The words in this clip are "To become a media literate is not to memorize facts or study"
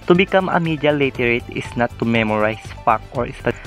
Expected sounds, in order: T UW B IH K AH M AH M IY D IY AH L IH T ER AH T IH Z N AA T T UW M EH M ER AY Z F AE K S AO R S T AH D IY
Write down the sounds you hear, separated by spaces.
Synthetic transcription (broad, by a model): T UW B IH K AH M AH M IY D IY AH L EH T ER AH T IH S N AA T T UW M EH M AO AY S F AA K AO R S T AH